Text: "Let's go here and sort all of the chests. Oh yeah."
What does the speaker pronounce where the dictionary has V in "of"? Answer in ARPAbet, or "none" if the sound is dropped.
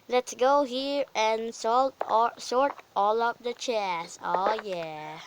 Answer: P